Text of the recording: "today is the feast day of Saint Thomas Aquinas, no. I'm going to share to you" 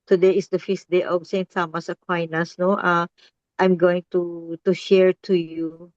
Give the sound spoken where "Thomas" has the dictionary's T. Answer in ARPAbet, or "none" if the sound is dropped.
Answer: S